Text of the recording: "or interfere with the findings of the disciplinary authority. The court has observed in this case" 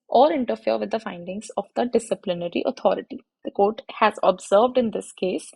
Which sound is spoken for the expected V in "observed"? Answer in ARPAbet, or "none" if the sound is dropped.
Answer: V